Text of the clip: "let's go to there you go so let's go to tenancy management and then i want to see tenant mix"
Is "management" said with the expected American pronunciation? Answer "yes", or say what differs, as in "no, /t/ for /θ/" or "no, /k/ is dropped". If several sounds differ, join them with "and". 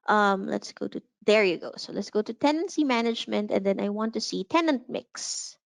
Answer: yes